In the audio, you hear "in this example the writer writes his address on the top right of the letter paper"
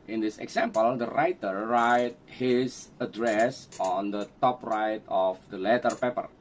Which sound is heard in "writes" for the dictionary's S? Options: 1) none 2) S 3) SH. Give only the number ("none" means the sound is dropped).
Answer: 1